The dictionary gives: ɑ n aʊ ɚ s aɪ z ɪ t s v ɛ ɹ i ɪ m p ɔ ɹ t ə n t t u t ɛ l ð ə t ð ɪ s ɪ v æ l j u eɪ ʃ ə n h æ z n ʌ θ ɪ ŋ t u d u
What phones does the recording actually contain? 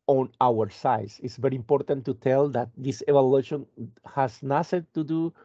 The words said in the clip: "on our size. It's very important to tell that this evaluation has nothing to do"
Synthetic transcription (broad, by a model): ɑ n aʊ ɚ s aɪ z ɪ t s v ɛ ɹ i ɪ m p ɔ ɹ t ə n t t u t ɛ l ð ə t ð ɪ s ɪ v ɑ l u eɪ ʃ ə n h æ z n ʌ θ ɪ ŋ t u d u